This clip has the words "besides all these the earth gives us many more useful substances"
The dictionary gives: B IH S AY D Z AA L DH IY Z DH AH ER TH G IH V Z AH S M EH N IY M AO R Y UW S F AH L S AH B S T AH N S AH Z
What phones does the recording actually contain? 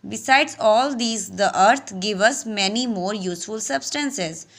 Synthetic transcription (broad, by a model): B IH S AY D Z AA L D IY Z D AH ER T G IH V AH S M EH N IY M AO R Y UW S F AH L S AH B S T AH N S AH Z